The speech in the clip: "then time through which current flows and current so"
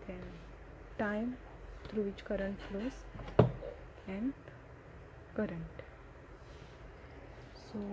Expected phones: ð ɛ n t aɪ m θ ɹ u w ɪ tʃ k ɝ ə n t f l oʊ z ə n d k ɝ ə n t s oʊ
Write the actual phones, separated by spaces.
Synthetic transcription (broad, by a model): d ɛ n t aɪ m t ɹ u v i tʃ k ɝ ə n t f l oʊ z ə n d k ɝ ə n t s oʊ